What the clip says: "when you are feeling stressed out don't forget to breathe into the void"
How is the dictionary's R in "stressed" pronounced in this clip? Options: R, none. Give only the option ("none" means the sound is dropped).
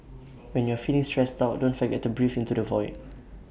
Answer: R